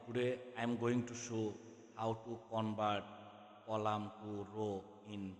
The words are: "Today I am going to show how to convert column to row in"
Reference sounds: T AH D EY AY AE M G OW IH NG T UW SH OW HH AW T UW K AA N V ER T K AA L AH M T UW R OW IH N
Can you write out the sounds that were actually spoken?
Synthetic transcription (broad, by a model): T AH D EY AY M G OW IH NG T UW S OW HH AW T UW K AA N B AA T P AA L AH M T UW R OW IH N